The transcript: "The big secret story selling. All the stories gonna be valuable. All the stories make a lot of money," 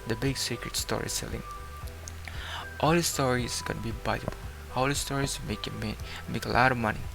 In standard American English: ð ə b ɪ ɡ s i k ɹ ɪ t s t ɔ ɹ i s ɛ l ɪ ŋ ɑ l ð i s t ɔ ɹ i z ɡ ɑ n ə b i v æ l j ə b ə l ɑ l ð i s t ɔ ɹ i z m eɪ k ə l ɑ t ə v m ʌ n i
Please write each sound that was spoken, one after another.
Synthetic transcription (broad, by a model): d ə b ɪ ɡ s i k ɹ ɪ t s t ɔ ɹ i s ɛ l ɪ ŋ ɑ l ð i s t ɔ ɹ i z ɡ ɑ n ə b i b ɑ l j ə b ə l ɑ l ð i s t ɔ ɹ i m m eɪ k ə l ɑ t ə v m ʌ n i